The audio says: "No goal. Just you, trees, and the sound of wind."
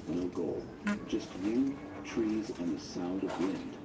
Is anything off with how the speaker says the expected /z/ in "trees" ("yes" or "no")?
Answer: no